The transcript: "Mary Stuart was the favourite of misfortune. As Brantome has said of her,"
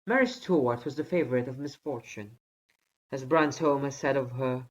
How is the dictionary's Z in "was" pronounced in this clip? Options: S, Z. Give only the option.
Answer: Z